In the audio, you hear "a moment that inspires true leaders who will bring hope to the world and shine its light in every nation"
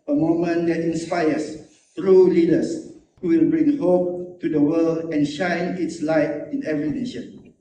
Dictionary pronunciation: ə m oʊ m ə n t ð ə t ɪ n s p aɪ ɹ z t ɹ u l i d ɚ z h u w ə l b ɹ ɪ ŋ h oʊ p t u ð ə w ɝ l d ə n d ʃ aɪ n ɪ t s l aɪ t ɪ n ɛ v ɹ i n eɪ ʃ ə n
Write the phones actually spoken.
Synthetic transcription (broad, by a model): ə m oʊ m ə n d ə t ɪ n s p aɪ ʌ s t ɹ u l i d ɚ s h u w ə l b ɹ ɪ ŋ h oʊ p t u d ə w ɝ l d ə n ʃ aɪ n ɪ t s l aɪ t ɪ n ɛ v ɹ i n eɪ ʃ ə n